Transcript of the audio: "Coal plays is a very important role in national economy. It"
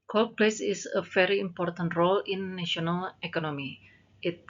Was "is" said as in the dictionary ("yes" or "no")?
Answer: no